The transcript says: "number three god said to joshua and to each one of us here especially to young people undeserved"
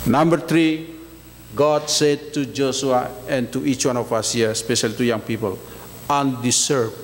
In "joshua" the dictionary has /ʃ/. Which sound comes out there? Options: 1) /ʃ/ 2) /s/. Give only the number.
2